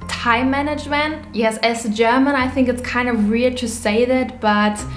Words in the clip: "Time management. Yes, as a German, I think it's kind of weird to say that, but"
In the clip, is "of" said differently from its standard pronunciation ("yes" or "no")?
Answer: no